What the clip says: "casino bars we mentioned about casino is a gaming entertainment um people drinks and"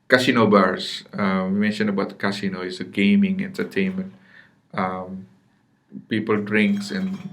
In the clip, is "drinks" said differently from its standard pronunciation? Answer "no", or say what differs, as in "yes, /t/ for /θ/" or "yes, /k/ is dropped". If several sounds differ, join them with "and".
no